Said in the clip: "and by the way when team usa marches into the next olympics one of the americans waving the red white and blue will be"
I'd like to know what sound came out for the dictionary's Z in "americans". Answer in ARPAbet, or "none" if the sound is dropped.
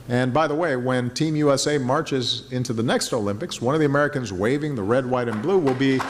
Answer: Z